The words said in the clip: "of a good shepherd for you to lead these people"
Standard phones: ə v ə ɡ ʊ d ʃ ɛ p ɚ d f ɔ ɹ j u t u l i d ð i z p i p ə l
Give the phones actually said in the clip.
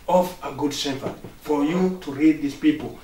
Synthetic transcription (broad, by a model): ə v ə ɡ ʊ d s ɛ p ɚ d f ɔ ɹ j u t u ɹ i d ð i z p i p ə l